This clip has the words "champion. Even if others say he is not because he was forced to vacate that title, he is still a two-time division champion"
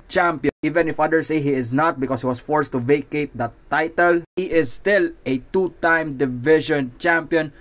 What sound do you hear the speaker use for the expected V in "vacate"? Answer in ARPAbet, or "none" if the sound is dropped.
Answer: V